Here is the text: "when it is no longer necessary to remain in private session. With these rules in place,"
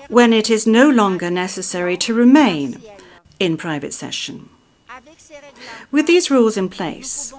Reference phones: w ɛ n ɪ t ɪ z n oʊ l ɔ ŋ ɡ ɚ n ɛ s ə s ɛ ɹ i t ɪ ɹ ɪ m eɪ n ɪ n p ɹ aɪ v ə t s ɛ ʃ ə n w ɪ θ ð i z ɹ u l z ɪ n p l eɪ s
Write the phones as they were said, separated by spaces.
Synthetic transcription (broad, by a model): w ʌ n ɪ t ɪ z n oʊ l ɔ ŋ ɡ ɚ n ɛ s ə s ɛ ɹ i t ɪ ɹ ɪ m eɪ n ɪ n p ɹ aɪ v ə t s ɛ ʃ ə n w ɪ ð i z ɹ u l z ɪ n p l eɪ s